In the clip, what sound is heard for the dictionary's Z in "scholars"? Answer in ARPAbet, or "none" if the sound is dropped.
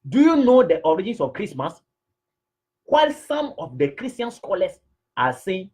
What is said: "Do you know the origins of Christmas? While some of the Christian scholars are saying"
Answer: S